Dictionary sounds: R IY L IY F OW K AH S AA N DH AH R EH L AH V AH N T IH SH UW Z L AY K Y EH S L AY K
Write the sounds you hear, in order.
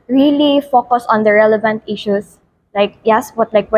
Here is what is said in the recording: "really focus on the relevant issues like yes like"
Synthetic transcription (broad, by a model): R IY L IY F OW K AH S AA N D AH R EH L AH V AH N T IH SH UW S L AY K Y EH S L AY K